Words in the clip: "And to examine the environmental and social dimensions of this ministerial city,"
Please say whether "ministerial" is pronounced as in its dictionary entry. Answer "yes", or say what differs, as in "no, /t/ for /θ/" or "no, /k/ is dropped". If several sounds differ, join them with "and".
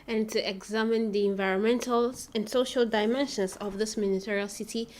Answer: no, /s/ is dropped